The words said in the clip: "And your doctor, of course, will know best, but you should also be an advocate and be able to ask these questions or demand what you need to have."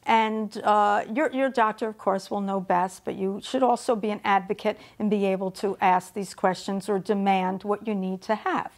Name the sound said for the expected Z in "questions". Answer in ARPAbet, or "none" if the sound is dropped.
Z